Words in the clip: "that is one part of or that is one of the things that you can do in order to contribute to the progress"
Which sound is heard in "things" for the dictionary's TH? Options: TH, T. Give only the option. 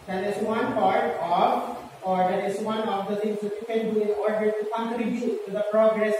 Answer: T